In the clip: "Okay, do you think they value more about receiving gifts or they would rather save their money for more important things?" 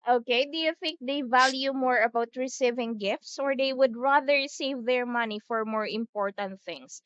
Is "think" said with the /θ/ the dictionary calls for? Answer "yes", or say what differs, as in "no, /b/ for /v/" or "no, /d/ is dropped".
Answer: yes